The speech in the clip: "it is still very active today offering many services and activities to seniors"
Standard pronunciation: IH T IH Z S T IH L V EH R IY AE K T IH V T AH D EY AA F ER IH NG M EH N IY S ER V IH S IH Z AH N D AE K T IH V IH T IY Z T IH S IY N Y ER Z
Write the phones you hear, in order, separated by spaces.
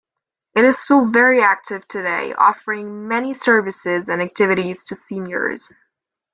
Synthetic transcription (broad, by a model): IH T IH Z S T IH L V EH R IY AE K T IH V T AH D EY AA F ER IH NG M EH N IY S ER V IH S IH Z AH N AE K T IH V IH T IY Z T IH S IY N Y ER Z